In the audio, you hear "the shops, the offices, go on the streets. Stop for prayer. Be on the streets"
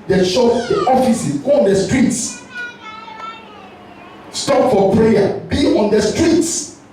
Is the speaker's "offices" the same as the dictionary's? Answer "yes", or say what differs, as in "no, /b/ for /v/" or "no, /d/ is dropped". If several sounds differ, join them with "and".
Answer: no, /z/ is dropped